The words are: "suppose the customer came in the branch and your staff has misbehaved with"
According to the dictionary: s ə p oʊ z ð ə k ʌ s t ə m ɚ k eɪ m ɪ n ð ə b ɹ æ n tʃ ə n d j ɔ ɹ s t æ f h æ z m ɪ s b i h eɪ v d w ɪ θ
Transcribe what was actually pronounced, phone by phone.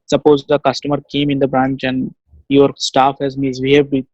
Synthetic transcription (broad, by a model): s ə p oʊ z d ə k ʌ s t ə m ɚ k eɪ m ɪ n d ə b ɹ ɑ n tʃ ə n d j ɔ ɹ s t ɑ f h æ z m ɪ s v i h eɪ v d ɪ